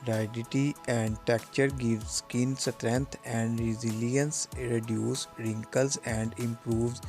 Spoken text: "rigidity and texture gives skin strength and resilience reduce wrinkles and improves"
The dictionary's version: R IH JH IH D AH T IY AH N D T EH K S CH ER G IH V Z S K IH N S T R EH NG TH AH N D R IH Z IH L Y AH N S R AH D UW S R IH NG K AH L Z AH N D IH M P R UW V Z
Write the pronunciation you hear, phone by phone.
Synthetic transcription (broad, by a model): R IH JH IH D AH T IY AH N D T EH K CH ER G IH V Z S K IH N S T R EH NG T AH N D R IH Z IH L Y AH N S R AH D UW S R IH NG K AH L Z AH N D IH M P R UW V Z